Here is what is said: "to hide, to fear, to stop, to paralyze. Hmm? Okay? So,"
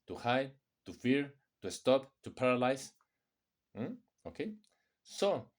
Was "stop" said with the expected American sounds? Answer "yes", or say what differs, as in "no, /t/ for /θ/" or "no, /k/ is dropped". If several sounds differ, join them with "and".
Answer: yes